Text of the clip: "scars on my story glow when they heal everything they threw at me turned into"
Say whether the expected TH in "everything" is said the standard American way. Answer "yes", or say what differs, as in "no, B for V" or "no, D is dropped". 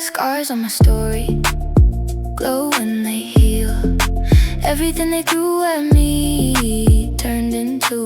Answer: yes